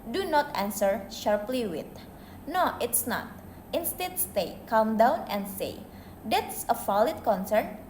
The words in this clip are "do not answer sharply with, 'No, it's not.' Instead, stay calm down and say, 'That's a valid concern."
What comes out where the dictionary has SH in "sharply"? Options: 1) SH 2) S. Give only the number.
1